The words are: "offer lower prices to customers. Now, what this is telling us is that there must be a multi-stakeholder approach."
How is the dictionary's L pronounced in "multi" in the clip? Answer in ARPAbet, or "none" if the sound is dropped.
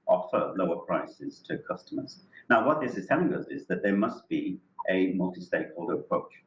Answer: L